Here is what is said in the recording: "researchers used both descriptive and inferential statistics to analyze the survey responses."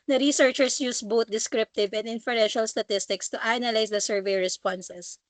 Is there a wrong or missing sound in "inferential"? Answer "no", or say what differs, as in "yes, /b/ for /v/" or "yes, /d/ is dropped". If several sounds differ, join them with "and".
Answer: no